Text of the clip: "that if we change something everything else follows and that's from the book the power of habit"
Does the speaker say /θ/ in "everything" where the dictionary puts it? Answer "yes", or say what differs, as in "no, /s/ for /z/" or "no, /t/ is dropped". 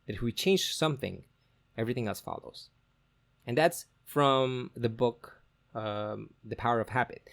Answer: yes